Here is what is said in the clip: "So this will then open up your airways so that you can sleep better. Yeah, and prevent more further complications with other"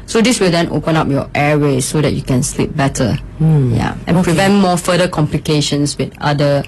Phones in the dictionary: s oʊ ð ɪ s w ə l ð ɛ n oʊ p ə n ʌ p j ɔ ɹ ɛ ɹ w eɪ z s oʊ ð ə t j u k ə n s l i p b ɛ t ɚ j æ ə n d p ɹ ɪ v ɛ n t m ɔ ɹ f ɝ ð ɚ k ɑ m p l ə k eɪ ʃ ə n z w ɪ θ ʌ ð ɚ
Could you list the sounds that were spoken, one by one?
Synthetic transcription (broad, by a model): s oʊ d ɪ s w ə l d ɛ n oʊ p ə n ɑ p j ɔ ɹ ɛ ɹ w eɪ s oʊ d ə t j u k ə n s l i p b ɛ t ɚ j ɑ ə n p ɹ ɪ v ɛ n t m ɔ f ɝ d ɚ k ɑ m p l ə k eɪ ʃ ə n s w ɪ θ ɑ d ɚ